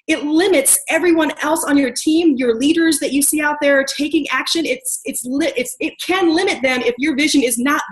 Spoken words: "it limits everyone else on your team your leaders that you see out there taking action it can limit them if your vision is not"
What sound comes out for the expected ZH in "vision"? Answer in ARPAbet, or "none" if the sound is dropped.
ZH